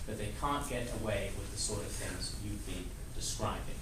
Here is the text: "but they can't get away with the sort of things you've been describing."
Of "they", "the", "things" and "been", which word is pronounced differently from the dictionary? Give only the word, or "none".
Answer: none